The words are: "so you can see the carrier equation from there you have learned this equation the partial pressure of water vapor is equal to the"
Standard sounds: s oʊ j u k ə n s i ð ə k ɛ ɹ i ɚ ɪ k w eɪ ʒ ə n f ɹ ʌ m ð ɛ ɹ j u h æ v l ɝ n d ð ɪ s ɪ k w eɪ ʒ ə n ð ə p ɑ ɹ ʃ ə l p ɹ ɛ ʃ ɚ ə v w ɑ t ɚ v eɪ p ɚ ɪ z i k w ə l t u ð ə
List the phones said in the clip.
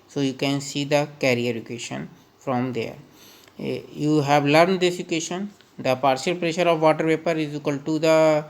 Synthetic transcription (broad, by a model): s oʊ j u k ə n s i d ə k ɛ ɹ i ɚ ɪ k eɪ ʃ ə n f ɹ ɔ m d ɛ ɹ j u h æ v l ɝ n d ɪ s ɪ k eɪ ʃ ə n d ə p ɑ ɹ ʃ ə l p ɹ ɛ ʃ ɚ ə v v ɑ t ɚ p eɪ p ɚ ɪ z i k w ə l t u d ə